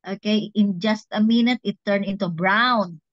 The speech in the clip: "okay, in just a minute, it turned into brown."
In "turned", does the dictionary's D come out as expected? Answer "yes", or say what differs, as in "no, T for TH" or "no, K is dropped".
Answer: no, D is dropped